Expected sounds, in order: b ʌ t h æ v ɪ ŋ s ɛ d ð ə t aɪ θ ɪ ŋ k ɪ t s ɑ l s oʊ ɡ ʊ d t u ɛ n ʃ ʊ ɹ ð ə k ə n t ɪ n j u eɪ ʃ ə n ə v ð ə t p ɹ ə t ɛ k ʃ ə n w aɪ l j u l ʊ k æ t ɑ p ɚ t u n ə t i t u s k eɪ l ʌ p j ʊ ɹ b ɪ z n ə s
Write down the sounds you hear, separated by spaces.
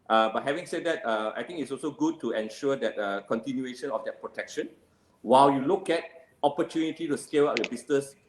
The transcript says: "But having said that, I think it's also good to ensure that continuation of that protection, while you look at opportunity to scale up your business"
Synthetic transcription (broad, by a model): b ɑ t h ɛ v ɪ ŋ s ɛ d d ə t aɪ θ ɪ ŋ ɪ t s ɑ l s oʊ ɡ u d t u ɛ n ʃ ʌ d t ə k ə n t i n j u eɪ ʃ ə n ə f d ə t p ɹ ə t ɛ k ʃ ə n w aɪ l j u l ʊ k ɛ t ɑ p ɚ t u n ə t i t u s k eɪ l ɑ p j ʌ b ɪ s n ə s